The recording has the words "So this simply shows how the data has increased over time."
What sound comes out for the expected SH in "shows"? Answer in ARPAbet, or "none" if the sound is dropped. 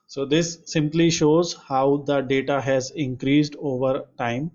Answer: SH